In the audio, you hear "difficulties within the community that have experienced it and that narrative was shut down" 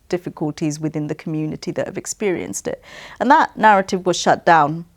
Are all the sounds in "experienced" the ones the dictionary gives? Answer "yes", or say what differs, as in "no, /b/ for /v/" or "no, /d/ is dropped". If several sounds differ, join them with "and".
yes